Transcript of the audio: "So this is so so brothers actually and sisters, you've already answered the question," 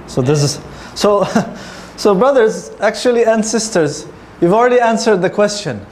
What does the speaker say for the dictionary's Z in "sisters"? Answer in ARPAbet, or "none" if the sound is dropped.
Z